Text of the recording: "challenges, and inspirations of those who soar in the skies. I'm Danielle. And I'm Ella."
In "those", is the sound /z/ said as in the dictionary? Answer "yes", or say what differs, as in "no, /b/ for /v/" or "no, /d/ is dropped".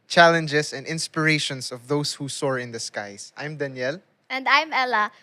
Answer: no, /s/ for /z/